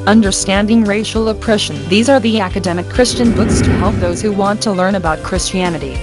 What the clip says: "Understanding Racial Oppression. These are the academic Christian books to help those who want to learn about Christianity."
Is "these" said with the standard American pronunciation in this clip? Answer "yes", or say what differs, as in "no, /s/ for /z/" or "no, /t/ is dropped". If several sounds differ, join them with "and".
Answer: yes